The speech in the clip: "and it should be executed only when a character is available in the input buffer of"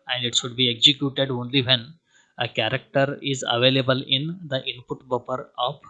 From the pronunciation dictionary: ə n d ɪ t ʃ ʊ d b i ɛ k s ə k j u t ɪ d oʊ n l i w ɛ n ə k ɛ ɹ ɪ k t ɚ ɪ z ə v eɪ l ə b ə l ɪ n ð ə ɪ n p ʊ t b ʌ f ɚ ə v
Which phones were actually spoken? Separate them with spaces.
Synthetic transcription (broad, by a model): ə n d ɪ t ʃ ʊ d b i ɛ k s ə k j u t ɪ d oʊ n l i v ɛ n ə k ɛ ɹ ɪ k t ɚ ɪ z ə v eɪ l ə b ə l ɪ n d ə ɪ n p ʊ t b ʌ p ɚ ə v